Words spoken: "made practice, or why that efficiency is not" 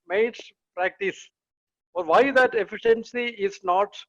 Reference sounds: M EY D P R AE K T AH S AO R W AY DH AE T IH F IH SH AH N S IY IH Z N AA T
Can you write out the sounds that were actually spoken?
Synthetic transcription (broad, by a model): M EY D P R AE K T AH S AO R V AY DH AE T IH F IH SH AH N S IY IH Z N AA T